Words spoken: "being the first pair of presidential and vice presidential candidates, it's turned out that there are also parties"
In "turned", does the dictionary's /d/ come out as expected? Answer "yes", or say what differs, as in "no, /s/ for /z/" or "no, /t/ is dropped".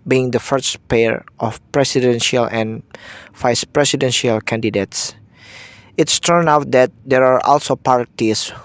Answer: no, /d/ is dropped